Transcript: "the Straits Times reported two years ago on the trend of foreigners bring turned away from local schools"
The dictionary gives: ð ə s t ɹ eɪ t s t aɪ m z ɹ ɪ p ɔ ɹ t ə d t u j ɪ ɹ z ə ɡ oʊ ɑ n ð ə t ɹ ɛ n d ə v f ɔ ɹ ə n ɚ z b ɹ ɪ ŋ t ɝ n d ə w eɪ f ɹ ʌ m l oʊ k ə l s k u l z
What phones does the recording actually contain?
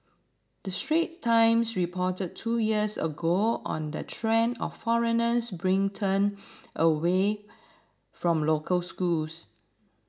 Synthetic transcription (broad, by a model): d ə s t ɹ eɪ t t aɪ m s ɹ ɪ p ɔ t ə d t u j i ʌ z ə ɡ oʊ ɑ n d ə t ɹ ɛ n ə f f ɔ ɹ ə n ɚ s b ɹ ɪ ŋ t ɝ n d ə w eɪ f ɹ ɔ m l oʊ k ə l s k u l s